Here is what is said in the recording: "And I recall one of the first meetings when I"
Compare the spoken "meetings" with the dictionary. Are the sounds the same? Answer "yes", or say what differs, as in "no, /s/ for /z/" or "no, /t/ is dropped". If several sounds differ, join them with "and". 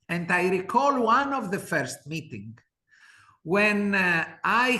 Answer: no, /z/ is dropped